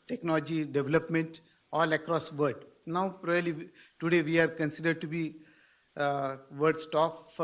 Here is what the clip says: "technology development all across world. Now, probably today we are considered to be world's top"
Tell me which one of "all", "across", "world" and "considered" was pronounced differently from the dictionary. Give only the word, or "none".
world